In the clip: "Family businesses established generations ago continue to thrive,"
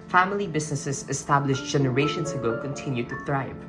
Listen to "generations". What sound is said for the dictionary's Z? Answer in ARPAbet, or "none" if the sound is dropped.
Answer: S